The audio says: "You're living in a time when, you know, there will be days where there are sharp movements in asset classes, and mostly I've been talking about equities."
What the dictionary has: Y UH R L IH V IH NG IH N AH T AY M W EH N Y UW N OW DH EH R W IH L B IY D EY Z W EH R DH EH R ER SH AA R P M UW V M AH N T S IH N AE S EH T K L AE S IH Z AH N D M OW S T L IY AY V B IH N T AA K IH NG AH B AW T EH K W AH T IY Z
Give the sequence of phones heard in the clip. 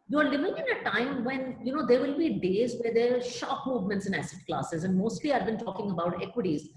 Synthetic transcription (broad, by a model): Y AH R L IH V IH NG IH N AH T AY M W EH N Y UW N OW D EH R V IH L B IY D EY Z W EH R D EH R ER SH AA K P M UW V M AH N T S IH N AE S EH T K L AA S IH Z AH N D M OW S T L IY AY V B IH N T AA K IH NG AH B AW T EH K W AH T IY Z